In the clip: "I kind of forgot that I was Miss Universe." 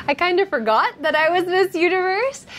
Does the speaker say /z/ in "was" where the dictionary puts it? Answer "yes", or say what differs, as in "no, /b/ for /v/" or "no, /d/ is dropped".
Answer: yes